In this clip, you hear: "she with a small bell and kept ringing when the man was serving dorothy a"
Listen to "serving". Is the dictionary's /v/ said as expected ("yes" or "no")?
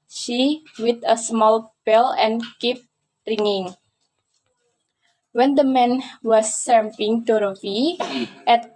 no